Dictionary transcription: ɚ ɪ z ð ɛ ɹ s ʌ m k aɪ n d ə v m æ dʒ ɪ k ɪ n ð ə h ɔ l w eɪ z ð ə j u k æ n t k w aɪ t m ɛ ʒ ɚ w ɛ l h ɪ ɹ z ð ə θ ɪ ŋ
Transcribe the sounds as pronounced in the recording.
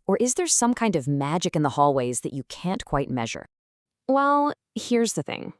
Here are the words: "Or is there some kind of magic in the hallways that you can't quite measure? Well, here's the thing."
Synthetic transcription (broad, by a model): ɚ ɪ z ð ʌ ɹ s ʌ m k aɪ n d ə v m æ dʒ ɪ k ɪ n ð ə h ɔ l w eɪ z ð ə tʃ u k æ n k w aɪ t m ɛ ʒ ɚ w ɛ l h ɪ ɹ z ð ə θ ɪ ŋ